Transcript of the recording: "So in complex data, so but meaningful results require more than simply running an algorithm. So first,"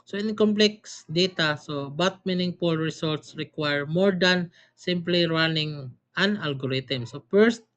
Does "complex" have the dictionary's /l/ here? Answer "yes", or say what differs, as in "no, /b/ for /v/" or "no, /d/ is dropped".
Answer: yes